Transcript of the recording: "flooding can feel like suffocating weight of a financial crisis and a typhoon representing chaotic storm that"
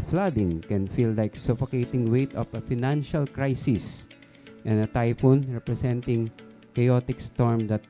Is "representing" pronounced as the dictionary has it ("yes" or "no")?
no